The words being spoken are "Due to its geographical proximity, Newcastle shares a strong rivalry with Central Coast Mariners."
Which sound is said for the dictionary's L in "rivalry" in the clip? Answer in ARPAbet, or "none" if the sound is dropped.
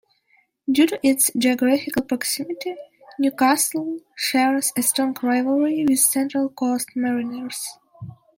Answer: none